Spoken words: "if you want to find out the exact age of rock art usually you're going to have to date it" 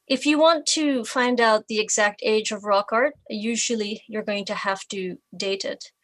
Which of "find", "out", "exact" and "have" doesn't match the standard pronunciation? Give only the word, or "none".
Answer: have